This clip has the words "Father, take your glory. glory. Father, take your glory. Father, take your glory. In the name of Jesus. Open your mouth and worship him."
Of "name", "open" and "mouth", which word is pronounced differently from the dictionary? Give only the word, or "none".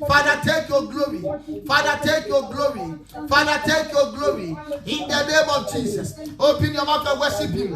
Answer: mouth